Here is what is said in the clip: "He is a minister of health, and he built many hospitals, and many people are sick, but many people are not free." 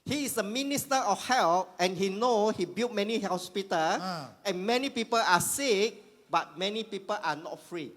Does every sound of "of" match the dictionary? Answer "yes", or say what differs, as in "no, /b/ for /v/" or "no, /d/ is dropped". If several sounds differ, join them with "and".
no, /f/ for /v/